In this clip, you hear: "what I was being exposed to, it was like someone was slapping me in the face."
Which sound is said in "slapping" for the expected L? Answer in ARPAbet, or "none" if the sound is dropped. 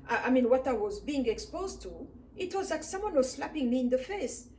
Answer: L